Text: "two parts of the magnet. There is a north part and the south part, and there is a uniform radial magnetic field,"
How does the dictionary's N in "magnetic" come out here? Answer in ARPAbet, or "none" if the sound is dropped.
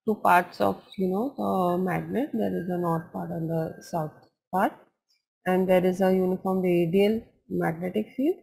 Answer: N